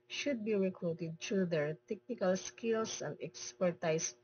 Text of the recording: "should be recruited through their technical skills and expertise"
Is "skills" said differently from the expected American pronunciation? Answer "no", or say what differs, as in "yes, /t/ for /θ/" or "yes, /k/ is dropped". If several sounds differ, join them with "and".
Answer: yes, /s/ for /z/